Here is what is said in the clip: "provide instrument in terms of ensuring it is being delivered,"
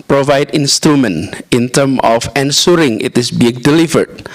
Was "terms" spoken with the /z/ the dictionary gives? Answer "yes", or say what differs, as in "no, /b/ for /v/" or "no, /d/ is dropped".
no, /z/ is dropped